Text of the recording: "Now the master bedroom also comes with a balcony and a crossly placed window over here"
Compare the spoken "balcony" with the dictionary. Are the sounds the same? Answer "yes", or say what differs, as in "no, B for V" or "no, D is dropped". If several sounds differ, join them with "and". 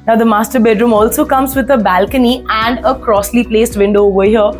yes